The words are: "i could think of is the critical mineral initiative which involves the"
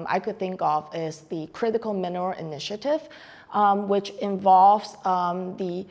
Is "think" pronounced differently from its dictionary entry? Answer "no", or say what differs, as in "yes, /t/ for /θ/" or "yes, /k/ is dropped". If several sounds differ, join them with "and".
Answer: no